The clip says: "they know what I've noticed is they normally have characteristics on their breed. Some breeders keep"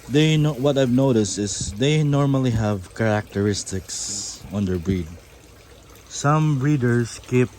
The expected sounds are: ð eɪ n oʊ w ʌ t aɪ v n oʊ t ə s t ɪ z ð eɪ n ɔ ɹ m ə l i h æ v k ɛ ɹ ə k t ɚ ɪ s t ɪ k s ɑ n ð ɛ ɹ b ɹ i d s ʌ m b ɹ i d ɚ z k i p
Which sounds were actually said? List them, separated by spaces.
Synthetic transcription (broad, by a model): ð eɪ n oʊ w ʌ t aɪ v n oʊ t ə s t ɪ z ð eɪ n ɔ ɹ m ə l i h æ v k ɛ ɹ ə k t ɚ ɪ s t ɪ k s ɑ n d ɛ ɹ b ɹ i d s ʌ m ɹ i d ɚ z k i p